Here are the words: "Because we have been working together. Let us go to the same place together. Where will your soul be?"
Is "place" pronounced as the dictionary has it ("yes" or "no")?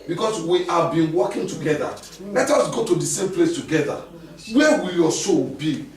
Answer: yes